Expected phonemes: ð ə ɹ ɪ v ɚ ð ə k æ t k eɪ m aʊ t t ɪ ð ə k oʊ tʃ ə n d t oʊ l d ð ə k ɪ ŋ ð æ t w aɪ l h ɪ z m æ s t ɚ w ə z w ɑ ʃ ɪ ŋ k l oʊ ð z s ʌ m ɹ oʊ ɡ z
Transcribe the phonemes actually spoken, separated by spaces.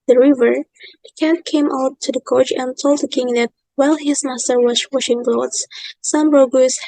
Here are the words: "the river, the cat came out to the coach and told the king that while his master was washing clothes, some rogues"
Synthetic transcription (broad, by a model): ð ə ɹ ɪ v ɚ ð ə k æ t k eɪ m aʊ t t ɪ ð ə k oʊ tʃ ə n t oʊ l d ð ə k ɪ ŋ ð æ t w aɪ l h ɪ z m æ s t ɚ w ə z w ɑ ʃ ɪ ŋ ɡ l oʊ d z s ʌ m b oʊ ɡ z